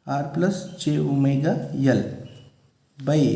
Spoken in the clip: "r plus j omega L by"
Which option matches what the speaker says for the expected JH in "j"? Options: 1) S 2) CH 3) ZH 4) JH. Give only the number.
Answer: 2